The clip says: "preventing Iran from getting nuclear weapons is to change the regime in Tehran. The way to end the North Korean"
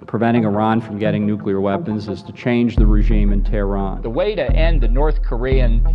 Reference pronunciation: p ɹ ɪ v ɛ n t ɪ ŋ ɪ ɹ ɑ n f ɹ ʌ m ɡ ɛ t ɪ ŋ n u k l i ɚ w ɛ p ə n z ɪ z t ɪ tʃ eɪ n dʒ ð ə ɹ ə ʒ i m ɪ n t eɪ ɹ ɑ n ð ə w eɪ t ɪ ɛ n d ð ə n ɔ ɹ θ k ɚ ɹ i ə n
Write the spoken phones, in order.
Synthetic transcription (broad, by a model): p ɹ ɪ v ɛ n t ɪ ŋ ɪ ɹ ɑ n f ɹ ʌ m ɡ ɛ t ɪ ŋ n u k l i ɚ w ɛ p ə n z ɪ z t ɪ tʃ eɪ n dʒ ð ə ɹ ə ʒ i m ɪ n t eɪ ɹ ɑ n ð ə w eɪ t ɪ ɛ n ð ə n ɔ ɹ θ k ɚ ɹ i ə n